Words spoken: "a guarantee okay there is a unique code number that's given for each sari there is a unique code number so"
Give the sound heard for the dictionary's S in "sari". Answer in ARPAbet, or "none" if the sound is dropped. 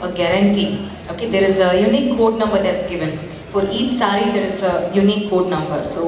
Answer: S